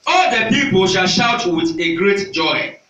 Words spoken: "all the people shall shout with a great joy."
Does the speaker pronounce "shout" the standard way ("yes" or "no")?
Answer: yes